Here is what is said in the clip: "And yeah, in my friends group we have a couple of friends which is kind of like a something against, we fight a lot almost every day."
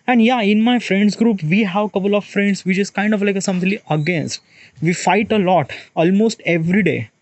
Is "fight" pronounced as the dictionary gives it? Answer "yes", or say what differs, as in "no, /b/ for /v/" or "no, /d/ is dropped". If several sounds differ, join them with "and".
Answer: yes